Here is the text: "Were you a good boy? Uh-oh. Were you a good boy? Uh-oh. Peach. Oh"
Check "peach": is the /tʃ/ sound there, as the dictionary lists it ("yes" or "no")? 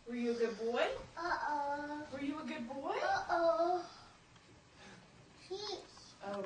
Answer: no